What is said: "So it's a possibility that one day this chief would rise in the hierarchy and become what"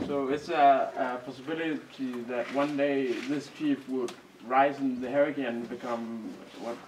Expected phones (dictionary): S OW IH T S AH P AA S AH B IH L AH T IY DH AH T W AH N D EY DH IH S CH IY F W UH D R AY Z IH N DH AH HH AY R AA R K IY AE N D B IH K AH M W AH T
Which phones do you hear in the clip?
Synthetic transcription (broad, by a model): S OW IH T S AH P AA S AH B IH L AH T IY DH AH T W AH N D EY DH IH S CH IY F W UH D R AY Z IH N DH AH HH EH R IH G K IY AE N B IH K AH M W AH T